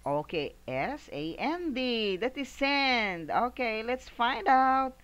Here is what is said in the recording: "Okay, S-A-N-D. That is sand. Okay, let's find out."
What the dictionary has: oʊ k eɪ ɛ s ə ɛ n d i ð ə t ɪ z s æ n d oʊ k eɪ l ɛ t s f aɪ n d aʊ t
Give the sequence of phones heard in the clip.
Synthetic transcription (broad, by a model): oʊ k eɪ ɛ s ə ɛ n d i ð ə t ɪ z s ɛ n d oʊ k eɪ l ɛ t s f aɪ n d aʊ t